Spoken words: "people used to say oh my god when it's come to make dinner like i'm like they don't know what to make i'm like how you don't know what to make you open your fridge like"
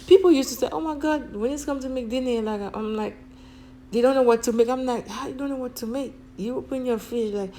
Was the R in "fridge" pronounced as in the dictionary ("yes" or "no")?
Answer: no